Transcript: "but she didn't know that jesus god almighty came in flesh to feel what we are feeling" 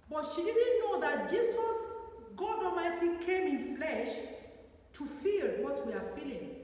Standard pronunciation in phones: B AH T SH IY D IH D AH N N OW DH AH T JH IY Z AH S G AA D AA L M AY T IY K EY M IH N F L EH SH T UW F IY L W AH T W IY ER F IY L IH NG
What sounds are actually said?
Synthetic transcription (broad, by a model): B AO T SH IY D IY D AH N N OW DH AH T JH IY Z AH S G AA D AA M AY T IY K EY M IH N F L EH SH T UW F IY L W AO T W IY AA F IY L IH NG